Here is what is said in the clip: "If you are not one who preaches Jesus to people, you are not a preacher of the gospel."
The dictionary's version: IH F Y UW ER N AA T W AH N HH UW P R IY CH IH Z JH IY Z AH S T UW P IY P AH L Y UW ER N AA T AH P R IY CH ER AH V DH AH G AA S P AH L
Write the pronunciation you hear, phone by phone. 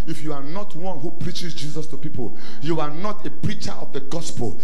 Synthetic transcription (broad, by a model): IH F Y UW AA N AA T W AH N HH UW P R IY CH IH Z JH IY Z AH S T UW P IY P AH L Y UW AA N AA T AH P R IY CH ER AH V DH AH G AA S P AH L